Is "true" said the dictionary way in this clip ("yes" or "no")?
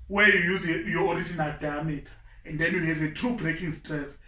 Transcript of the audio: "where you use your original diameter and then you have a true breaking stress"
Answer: no